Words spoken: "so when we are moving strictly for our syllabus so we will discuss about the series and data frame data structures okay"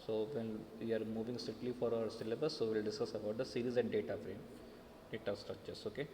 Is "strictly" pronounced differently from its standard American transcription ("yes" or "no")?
yes